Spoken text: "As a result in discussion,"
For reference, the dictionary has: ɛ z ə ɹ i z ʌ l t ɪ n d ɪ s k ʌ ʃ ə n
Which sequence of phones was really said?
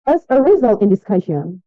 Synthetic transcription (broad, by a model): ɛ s ə ɹ i z ʌ l t ɪ n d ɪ s k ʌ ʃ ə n